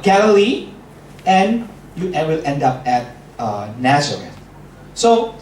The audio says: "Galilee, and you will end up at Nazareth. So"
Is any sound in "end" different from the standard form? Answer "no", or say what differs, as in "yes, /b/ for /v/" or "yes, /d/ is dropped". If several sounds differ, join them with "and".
no